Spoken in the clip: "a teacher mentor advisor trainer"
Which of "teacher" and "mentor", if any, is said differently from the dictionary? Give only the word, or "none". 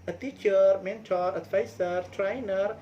none